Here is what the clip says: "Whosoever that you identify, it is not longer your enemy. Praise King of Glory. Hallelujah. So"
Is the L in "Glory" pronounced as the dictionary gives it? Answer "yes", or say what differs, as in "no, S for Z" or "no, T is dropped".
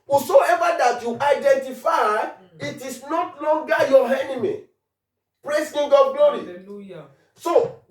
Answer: no, L is dropped